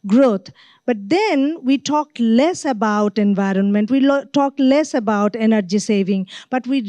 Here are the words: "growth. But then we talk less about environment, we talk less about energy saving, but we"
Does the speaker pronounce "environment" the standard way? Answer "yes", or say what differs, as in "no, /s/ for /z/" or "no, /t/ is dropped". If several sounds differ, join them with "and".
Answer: yes